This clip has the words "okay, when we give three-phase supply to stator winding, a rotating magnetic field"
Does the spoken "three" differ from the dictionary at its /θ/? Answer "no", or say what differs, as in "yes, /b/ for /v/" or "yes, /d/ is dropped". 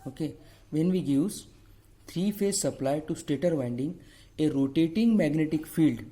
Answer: yes, /s/ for /θ/